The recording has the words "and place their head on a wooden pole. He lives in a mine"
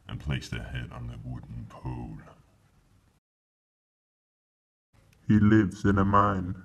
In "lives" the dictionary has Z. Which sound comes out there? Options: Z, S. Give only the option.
S